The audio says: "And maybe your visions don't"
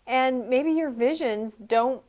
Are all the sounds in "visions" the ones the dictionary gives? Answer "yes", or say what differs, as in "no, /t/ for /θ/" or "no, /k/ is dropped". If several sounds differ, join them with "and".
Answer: yes